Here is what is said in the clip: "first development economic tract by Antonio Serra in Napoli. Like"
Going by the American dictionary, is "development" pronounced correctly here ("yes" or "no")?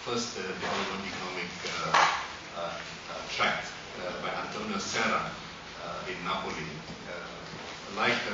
no